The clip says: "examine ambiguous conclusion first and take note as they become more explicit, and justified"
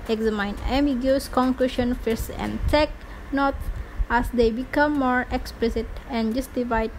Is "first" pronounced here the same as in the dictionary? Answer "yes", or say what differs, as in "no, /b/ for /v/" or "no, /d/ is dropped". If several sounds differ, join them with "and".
no, /t/ is dropped